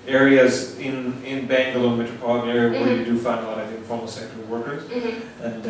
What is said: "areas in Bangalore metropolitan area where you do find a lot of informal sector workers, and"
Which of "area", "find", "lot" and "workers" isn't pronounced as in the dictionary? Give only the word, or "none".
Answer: lot